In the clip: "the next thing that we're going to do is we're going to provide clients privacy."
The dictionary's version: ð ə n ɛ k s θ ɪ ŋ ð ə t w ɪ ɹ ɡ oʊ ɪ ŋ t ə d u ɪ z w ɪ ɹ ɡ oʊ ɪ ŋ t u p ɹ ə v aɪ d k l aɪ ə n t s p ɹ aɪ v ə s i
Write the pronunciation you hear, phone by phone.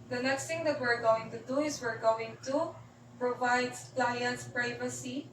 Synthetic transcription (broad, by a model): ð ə n ɛ k s t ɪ ŋ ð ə t w ɪ ɹ ɡ oʊ ɪ ŋ t ə d u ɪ s w ɪ ɹ ɡ oʊ ɪ ŋ t u p ɹ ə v aɪ d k l aɪ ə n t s p ɹ aɪ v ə s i